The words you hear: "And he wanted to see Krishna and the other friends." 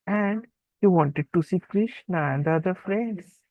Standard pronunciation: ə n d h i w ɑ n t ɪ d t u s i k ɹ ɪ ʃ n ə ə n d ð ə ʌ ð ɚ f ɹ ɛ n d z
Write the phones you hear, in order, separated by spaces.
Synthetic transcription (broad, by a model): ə n d h i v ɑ n t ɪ d t u s i k ɹ ɪ ʃ n ə ə n d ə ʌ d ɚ f ɹ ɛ n d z